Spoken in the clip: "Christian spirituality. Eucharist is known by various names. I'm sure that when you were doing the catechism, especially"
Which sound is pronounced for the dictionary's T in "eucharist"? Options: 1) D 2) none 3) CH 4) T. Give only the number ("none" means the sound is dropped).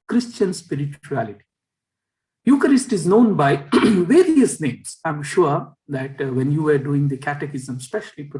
4